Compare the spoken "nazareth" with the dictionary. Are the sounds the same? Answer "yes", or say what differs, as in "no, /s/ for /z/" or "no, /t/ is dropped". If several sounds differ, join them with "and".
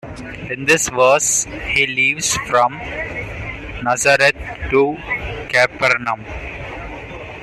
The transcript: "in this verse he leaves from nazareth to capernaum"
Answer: no, /t/ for /θ/